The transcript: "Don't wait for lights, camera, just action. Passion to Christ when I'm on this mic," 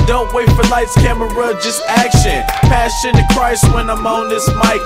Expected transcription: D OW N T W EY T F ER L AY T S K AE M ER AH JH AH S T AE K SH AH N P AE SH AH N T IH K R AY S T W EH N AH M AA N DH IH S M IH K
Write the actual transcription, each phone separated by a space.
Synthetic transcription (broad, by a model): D OW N T W EY T F ER L AY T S K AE M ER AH JH AH S T AE K SH AH N P AE S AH N T IH K R AY S T W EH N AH M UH N DH IH S M IH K